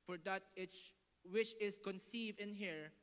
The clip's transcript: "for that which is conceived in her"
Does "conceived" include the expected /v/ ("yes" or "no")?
yes